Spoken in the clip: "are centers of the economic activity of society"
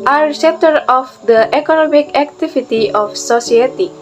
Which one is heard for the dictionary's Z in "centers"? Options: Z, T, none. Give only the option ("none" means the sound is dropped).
none